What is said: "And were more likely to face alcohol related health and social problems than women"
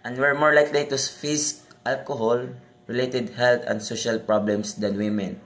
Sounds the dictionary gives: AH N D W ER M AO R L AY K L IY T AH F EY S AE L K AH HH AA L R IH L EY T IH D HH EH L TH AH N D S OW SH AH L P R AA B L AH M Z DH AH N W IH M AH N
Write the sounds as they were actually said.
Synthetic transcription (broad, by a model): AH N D W ER M AO R L AY K L IY T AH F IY S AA L K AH HH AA L R IH L EY T IH D HH EH L T AH N D S OW SH AH L P R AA B L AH M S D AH N W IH M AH N